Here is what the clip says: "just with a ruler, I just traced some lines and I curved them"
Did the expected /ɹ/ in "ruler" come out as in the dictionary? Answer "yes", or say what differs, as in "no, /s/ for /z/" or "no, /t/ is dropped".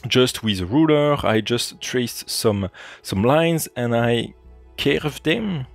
yes